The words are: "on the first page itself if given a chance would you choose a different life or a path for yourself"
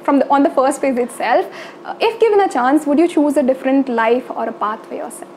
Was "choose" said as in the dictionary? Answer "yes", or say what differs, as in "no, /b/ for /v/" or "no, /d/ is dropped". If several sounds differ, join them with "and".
yes